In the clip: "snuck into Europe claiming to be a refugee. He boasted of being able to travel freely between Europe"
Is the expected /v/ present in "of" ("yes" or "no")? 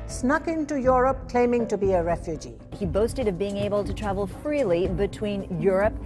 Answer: yes